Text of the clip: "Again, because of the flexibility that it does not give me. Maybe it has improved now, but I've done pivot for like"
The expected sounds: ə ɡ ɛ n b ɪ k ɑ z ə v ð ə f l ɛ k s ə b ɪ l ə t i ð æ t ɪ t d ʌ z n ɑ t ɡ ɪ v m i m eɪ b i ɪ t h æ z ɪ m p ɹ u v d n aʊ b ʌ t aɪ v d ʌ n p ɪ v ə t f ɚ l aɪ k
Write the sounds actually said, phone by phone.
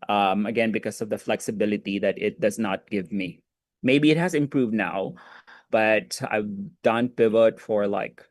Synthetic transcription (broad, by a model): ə ɡ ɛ n b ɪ k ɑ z ə v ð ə f l ɛ k s ə b ɪ l ə t i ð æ t ɪ t d ʌ z n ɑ t ɡ ɪ v m i m eɪ b i ɪ t h æ z ɪ m p ɹ u v d n aʊ b ʌ t aɪ v d ʌ n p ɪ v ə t f ɚ l aɪ k